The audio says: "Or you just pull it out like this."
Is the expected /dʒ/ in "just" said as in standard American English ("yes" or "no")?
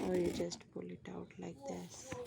yes